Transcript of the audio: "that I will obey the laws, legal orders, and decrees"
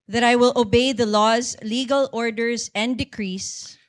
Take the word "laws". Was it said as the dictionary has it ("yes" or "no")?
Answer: yes